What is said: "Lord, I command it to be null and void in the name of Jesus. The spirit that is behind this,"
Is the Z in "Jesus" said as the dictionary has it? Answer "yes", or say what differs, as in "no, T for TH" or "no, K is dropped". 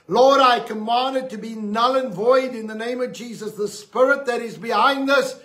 yes